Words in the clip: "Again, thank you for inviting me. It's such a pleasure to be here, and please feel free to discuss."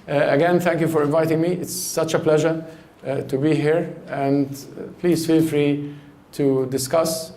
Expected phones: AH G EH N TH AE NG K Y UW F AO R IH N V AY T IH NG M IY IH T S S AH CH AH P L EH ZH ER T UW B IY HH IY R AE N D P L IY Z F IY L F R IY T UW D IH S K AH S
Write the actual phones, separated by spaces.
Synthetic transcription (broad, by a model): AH G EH N TH AE NG K Y UW F AO R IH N V AY T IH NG M IY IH T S S AH CH AH P L EH ZH ER T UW B IY HH IY R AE N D P L IY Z F IY L F R IY T UW D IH S K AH S